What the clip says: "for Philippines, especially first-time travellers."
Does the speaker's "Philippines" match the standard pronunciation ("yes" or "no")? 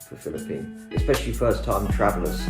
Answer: no